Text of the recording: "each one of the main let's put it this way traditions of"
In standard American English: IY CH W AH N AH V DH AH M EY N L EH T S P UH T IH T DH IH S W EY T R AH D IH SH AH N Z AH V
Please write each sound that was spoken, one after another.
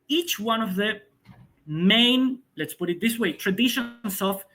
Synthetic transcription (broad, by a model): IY CH W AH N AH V DH AH M EY N L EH T S P UH T IH T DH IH S W EY T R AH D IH SH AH N S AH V